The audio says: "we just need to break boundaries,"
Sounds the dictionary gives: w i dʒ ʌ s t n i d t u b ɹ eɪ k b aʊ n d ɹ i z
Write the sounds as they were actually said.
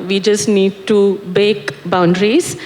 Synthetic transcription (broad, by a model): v i dʒ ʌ s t n i d t u b eɪ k b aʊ n d ɹ i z